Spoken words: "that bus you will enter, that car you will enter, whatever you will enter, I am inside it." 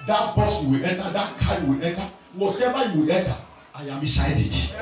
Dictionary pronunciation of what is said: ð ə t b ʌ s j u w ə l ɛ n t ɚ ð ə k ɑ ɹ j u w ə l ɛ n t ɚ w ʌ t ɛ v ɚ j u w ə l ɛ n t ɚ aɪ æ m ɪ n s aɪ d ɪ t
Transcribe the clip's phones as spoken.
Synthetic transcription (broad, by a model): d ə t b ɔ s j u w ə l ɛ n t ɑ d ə k ɑ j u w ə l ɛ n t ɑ w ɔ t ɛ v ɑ j u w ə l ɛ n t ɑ aɪ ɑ m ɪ s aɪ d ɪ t